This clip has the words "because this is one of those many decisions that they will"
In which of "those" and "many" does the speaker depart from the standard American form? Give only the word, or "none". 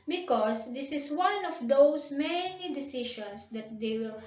those